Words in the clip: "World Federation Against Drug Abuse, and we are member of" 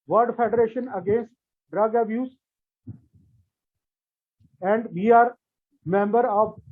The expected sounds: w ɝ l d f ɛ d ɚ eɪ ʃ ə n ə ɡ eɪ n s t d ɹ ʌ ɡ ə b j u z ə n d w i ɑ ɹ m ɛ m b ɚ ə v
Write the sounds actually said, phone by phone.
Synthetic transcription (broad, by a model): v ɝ d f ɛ d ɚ eɪ ʃ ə n ə ɡ eɪ n s t d ɹ ʌ ɡ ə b j u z ə n d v i ɑ ɹ m ɛ m b ɚ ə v